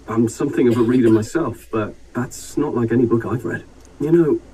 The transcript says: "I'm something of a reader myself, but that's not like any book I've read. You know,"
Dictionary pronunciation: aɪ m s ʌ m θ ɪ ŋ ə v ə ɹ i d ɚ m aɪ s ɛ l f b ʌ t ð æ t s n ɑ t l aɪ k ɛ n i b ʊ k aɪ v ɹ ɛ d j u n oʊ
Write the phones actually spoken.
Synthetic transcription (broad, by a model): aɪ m s ʌ m θ ɪ ŋ ə v ə ɹ i d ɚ m aɪ s ɛ l f b ʌ t ð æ t s n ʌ t l aɪ k ɛ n i b ʊ k aɪ v ɹ ɛ d j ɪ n oʊ